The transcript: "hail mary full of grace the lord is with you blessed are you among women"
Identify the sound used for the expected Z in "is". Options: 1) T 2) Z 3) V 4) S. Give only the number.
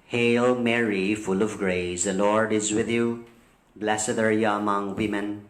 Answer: 2